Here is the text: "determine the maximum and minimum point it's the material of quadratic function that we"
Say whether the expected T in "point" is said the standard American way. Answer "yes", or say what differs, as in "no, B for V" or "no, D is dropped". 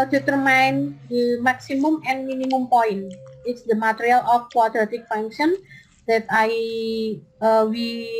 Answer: no, T is dropped